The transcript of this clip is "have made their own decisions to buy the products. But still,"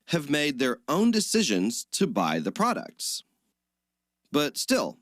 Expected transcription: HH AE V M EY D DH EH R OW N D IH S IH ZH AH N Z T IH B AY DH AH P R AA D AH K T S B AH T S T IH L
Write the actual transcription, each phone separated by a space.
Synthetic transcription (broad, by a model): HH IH V M EY D DH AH R OW N D IH S IH ZH AH N Z T IH B AY DH AH P R AA D AH K T S B AH T S T IH L